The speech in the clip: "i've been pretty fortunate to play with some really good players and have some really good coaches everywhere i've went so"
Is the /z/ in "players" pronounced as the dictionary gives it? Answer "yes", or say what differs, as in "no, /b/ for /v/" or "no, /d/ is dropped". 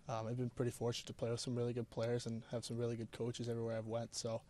yes